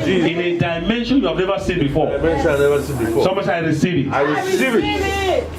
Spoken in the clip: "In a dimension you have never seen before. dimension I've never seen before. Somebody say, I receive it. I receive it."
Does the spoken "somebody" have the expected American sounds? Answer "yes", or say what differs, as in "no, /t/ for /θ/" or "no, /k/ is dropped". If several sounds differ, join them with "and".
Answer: no, /b/ is dropped